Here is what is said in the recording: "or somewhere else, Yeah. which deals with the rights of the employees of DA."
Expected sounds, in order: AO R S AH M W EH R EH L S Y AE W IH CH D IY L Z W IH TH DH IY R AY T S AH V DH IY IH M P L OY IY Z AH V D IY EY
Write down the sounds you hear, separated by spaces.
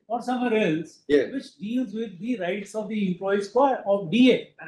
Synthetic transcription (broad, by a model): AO R S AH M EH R EH L S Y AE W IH CH D IY L Z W IH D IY R AY T S AH V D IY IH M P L OY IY AH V D IY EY